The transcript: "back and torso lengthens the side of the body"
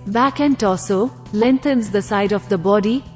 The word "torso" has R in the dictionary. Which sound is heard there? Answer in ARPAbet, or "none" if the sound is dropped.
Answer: L